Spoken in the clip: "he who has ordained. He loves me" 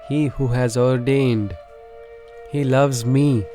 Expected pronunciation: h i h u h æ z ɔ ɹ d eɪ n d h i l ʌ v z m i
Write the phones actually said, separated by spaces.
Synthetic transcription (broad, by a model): h i h u h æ z ɔ ɹ d eɪ n d h i l ʌ v z m i